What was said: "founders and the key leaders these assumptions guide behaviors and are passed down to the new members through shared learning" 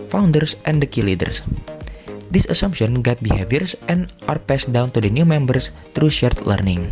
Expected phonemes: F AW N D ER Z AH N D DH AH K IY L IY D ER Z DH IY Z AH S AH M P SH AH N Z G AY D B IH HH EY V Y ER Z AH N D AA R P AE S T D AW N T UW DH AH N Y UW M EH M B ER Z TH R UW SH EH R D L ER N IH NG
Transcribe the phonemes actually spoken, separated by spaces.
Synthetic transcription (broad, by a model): F AW N D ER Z AH N D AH K IY L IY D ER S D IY S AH S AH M P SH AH N G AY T B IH HH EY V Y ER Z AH N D AA R P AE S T D AW N T UW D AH N Y UW M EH M B ER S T R UW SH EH R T L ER N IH NG